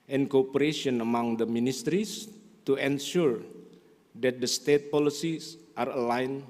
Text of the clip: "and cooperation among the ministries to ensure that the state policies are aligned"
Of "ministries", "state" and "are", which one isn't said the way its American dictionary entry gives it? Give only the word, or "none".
ministries